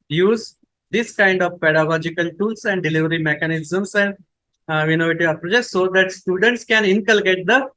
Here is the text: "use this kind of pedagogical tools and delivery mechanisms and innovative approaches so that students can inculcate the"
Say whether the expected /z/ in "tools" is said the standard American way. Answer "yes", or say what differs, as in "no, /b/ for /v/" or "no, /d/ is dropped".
no, /s/ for /z/